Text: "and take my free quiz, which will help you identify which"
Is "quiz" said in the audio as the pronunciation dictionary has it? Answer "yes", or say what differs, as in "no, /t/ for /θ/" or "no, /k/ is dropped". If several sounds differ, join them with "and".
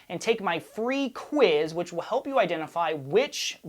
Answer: yes